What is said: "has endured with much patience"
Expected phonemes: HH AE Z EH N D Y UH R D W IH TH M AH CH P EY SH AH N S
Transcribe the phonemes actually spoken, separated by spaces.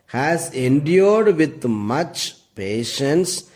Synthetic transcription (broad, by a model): HH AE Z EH N D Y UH R D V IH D M AH CH P EY SH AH N S